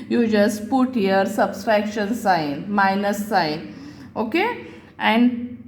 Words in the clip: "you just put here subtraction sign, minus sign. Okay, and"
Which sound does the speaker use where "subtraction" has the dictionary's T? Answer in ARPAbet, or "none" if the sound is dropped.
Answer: S